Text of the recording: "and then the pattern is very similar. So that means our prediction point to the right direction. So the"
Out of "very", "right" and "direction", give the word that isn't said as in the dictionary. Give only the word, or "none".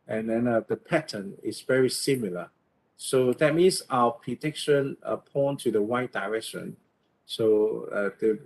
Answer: right